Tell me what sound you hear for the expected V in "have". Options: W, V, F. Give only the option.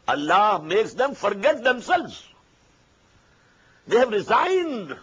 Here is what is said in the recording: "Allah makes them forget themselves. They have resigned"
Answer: V